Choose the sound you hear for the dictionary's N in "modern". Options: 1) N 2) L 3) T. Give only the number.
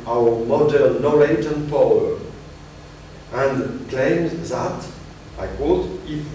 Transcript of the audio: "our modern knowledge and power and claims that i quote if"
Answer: 2